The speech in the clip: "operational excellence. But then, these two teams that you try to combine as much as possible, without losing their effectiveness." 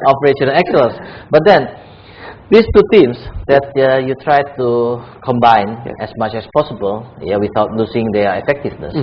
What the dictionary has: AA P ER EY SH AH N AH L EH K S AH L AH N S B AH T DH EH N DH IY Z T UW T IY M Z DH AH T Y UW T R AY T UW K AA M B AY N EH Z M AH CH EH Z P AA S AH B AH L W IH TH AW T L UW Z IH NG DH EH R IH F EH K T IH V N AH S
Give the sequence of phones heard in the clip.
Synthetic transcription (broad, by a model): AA P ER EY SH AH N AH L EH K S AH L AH S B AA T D EH N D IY S T UW T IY M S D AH T Y UW T R AY T UW K AA M B AY N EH S M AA CH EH S P AA S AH B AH L W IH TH AW T L UW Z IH NG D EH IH F EH K T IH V N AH S